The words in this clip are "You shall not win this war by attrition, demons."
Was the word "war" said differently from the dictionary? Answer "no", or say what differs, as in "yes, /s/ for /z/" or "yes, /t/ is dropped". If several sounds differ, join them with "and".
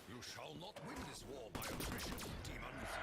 no